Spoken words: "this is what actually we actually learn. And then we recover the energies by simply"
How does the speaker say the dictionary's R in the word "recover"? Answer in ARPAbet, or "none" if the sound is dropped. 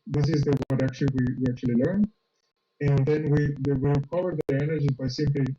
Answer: W